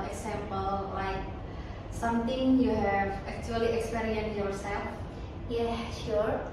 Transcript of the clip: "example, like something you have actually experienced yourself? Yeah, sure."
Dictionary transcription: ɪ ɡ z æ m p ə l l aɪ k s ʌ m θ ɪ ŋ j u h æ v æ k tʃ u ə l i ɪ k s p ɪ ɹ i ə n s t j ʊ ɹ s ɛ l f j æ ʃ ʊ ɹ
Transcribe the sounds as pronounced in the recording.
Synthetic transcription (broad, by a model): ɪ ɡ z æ m p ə l l aɪ k s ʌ m t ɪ ŋ j u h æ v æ k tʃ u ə l i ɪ k s p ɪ ɹ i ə n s j ʊ ɹ s ɛ l f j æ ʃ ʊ ɹ